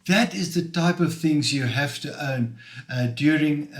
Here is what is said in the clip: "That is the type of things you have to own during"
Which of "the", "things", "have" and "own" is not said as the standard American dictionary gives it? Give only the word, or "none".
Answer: have